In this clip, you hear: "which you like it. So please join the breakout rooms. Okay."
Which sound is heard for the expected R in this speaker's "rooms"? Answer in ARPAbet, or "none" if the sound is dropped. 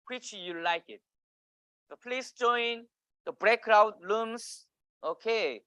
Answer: L